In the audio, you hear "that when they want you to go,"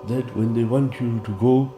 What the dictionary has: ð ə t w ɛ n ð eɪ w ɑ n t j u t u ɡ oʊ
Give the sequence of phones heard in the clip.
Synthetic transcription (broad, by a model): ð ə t w ɛ n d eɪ w ɑ n t j u t u ɡ oʊ